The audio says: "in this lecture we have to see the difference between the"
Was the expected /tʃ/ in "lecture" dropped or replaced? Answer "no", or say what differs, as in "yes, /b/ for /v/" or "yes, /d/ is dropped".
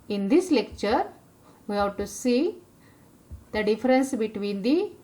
no